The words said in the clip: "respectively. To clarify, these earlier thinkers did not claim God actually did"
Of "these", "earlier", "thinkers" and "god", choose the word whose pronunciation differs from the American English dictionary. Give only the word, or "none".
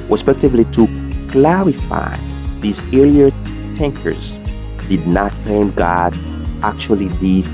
thinkers